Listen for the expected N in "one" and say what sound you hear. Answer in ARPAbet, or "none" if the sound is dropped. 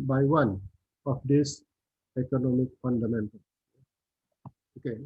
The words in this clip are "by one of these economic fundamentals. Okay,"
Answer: N